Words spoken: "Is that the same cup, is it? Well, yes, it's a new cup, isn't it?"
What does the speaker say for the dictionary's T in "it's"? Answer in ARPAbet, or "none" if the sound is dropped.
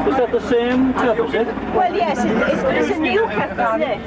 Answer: S